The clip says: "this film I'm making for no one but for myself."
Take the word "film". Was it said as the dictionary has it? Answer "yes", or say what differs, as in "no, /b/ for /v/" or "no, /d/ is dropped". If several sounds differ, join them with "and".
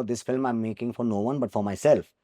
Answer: yes